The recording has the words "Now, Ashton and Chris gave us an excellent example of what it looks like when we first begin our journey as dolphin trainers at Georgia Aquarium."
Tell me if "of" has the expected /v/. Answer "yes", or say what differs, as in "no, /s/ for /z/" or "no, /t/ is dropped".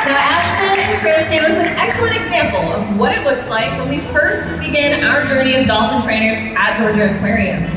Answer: yes